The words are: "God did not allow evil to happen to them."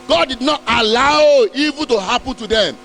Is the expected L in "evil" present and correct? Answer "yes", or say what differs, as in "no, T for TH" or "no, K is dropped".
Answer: no, N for L